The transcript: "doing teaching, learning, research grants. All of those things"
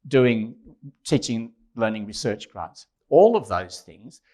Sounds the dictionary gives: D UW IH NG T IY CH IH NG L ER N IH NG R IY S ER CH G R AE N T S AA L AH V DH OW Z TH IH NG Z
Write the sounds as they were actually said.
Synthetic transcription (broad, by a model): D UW IH NG T IY CH IH NG L ER N IH NG R IY S ER CH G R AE T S AA L AH V DH OW Z TH IH NG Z